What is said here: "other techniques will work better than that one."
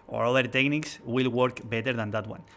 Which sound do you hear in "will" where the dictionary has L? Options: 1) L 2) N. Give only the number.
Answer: 1